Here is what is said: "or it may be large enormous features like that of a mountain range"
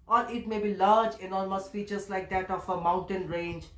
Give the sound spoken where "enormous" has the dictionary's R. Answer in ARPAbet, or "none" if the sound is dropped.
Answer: L